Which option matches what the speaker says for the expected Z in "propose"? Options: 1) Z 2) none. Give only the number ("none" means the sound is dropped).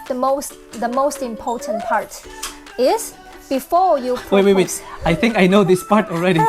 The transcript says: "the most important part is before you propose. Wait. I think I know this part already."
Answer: 2